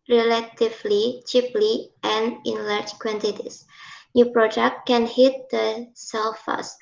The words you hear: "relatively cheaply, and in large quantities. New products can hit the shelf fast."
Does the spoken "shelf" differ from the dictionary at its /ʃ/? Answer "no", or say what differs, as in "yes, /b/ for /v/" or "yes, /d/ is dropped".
yes, /s/ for /ʃ/